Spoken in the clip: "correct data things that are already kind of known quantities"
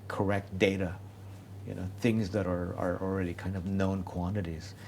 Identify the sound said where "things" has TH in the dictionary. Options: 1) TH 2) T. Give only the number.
1